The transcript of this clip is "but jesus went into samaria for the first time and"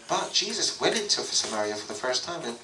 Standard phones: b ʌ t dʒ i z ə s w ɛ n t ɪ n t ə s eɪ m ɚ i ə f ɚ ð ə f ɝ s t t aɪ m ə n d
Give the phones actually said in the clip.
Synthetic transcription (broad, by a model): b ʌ t dʒ i z ə s w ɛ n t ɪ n t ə s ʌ m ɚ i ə f ɚ ð ə f ɝ s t t aɪ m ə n